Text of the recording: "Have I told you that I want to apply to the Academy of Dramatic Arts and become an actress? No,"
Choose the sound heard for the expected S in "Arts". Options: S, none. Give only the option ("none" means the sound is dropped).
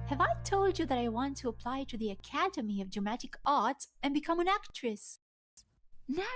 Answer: none